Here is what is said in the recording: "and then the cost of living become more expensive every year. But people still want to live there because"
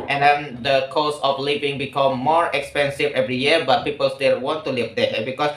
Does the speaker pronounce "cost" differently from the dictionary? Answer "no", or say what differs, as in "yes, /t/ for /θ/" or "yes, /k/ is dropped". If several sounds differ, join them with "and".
yes, /t/ is dropped